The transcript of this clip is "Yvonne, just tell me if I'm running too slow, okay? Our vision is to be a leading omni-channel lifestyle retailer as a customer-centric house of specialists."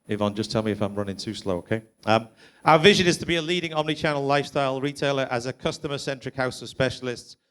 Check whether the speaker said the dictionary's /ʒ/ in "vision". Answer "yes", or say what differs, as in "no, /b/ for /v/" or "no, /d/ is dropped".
yes